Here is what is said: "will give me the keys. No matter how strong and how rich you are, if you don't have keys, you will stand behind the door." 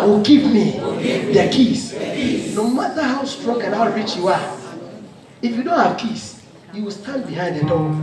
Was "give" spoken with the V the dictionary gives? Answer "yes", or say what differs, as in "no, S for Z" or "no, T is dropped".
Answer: no, P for V